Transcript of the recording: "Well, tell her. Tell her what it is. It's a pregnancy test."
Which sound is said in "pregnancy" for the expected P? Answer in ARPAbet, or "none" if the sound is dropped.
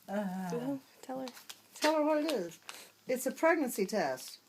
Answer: P